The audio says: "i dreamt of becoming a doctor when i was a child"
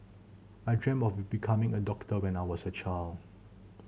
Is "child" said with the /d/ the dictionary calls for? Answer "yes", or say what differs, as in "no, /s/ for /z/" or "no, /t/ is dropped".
no, /d/ is dropped